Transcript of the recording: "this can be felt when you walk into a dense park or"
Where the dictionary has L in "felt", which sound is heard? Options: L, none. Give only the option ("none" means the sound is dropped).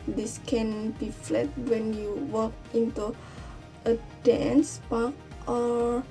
none